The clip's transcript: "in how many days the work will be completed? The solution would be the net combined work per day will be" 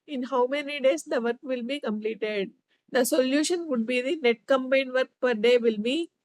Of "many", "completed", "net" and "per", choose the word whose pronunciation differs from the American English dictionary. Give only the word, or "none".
none